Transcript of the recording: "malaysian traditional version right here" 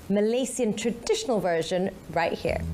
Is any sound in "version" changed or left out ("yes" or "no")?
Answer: no